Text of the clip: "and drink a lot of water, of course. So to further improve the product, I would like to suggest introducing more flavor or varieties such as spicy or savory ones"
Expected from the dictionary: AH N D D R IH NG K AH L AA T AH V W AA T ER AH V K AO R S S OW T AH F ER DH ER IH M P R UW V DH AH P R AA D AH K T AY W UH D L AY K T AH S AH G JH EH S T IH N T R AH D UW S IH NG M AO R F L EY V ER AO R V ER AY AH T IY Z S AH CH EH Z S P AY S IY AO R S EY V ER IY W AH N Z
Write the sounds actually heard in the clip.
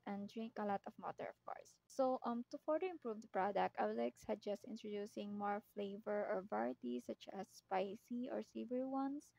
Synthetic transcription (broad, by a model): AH N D D R IH NG K AH L AA T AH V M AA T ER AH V K AO R S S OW T AH F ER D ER IH M P R UW V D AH P R AA D AH K T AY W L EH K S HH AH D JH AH S T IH N T R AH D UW S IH NG M AO R F L EY V ER AO R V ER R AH T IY S AH CH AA S P AY S IY AO R S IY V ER W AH N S